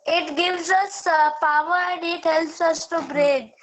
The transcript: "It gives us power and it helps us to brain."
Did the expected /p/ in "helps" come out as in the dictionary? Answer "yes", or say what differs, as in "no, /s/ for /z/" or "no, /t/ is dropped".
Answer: no, /p/ is dropped